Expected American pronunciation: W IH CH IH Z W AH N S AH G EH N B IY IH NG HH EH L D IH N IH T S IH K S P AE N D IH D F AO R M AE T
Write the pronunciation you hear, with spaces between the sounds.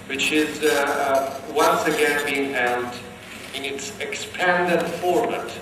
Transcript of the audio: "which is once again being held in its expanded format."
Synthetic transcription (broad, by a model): W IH CH IH Z W AH N S AH G EH N B IY IH NG HH EH L D IH N IH T S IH K S P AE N D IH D F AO R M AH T